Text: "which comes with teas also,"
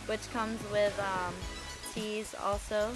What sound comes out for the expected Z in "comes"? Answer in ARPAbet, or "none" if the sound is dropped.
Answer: Z